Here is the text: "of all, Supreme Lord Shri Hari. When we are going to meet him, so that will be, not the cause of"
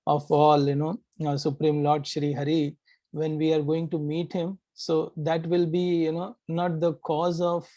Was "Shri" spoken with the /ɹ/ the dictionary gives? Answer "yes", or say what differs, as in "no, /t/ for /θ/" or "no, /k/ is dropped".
yes